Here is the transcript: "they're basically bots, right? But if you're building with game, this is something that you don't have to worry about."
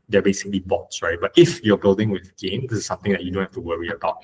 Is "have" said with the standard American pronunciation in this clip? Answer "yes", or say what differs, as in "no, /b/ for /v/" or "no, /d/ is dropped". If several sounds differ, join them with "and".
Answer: no, /f/ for /v/